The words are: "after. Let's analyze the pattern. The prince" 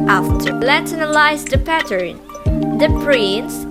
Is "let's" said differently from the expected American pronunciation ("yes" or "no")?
yes